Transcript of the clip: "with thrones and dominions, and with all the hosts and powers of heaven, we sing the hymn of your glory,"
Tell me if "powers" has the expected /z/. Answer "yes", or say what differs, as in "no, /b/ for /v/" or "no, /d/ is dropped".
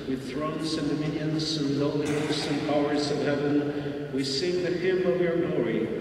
yes